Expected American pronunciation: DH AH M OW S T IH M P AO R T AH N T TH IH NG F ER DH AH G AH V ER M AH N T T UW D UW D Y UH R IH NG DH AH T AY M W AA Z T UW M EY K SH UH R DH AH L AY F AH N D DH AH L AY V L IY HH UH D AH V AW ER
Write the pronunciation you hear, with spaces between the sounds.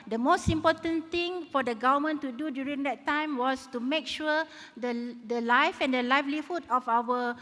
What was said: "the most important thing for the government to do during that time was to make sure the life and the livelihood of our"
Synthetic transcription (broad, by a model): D AH M OW S T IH M P AO T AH N T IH NG F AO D AH G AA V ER M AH N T T UW D UW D Y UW R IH NG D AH T AY M W AA S T UW M EY K SH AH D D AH L AY F AH N D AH L AY F L IY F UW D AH F AW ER